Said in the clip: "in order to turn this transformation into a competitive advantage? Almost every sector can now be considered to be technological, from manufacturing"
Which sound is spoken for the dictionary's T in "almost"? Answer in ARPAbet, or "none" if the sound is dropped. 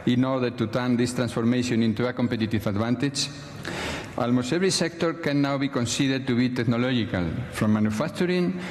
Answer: none